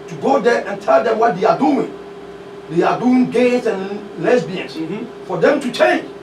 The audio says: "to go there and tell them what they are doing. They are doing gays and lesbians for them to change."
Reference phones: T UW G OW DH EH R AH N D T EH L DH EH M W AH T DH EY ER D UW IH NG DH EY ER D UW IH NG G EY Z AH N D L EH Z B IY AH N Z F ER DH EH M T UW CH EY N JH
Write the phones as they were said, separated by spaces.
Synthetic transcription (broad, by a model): T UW G OW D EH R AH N T EH L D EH M W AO T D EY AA D UW IH NG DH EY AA D UW IH NG G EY S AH N L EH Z B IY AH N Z F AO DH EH M T UW CH EY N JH